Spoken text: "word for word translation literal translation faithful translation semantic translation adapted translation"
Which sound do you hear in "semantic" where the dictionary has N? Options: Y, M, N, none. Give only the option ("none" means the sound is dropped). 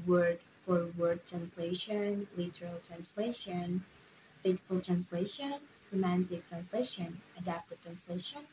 N